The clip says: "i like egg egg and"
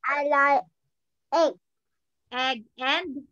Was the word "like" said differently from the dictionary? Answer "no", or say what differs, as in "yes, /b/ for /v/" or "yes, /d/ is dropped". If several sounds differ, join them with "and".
yes, /k/ is dropped